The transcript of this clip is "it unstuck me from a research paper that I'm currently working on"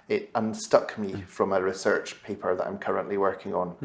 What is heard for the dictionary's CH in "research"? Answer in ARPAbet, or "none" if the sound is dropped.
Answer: CH